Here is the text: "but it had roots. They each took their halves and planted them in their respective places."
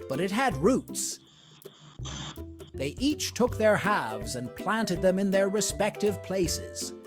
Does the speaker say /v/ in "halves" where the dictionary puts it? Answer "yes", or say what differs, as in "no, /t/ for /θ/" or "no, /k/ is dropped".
yes